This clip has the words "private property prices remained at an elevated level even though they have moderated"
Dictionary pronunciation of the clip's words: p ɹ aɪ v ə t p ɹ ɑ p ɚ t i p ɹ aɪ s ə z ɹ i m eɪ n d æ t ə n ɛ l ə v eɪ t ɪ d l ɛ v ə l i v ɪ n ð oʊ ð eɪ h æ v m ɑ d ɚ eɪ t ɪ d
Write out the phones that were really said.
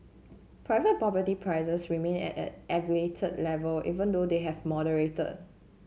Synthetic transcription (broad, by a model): p ɹ aɪ v ə t p ɹ ɑ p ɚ t i p ɹ aɪ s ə s ɹ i m eɪ n ɛ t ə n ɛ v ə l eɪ t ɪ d l ɛ v ə l i v ɪ n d oʊ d eɪ h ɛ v m ɑ d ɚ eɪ t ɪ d